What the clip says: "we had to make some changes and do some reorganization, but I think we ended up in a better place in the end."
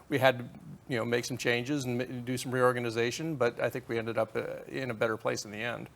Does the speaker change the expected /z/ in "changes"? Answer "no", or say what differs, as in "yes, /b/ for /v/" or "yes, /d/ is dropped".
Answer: no